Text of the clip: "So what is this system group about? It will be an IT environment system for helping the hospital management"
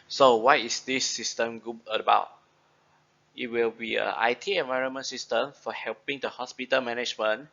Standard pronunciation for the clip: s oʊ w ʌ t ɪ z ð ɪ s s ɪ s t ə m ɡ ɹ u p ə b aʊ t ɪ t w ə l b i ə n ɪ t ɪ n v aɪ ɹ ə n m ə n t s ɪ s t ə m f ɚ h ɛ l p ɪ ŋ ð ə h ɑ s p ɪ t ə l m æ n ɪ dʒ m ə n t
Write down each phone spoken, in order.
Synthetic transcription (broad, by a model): s oʊ w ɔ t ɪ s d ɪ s s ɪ s t ə m ɡ u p ə b aʊ t ɪ t w ə l b i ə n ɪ t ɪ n v aɪ ɹ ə n m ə n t s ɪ s t ə m f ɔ h ɛ l p ɪ ŋ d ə h ɑ s p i t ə l m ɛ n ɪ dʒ m ə n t